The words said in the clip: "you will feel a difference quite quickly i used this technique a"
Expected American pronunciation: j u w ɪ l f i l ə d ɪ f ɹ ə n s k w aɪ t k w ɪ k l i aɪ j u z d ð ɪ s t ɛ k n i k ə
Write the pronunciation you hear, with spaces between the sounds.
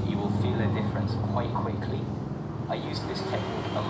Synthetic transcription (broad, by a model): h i w ɪ l f i l ə d ɪ f ɹ ə n s k w aɪ t k w ɪ k l i aɪ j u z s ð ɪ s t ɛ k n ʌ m